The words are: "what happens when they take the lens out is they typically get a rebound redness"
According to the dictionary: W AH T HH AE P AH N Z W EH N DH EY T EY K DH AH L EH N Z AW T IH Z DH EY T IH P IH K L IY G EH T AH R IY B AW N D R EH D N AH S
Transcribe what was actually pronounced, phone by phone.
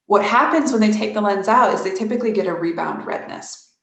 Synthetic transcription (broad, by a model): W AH T HH AE P AH N Z W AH N DH EY T EY K DH AH L EH N Z AW T IH Z DH EY T IH P IH K L IY G EH T AH R IY B AW N D R EH D N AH S